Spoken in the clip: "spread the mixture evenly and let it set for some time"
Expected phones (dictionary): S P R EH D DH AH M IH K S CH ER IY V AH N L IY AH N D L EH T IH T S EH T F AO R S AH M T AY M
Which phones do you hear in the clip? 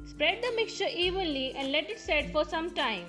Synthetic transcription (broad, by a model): S P R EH D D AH M IH K S CH ER IY V AH N L IY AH N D L EH T IH T S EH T F AO R S AH M T AY M